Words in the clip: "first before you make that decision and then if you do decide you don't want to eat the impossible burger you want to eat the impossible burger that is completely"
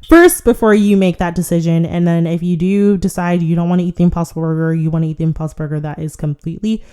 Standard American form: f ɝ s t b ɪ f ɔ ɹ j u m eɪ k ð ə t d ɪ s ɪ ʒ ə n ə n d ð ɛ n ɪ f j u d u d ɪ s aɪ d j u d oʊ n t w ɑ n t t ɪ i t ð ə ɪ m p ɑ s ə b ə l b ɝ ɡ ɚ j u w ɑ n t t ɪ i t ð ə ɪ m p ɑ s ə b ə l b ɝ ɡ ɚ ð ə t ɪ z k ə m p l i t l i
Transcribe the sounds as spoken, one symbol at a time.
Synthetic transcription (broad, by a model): f ɝ s t b ɪ f ɔ ɹ j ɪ m eɪ k ð ə t d ɪ s ɪ ʒ ə n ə n ð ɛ n ɪ f j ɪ d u d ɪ s aɪ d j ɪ d oʊ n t w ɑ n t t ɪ i t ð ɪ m p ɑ s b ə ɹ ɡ ɚ j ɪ w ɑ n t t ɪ i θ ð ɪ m p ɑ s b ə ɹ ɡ ɚ ð ə t ɪ z k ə m p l i t l i